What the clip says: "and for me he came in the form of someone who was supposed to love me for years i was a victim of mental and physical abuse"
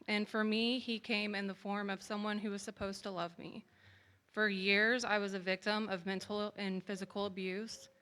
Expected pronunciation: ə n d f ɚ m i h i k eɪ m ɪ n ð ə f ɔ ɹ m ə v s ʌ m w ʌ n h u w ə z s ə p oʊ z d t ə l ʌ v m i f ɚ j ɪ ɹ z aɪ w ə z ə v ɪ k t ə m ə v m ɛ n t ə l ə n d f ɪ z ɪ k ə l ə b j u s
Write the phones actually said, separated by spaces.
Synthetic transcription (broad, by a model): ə n f ɚ m i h i k eɪ m ɪ n ð ə f ɔ ɹ m ə v s ʌ m w ʌ n h u w ə z s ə p oʊ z t ə l ʌ v m i f ɚ j ɪ ɹ z aɪ w ə z ə v ɪ k t ə m ə v m ɛ n t l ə n f ɪ z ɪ k l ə b j u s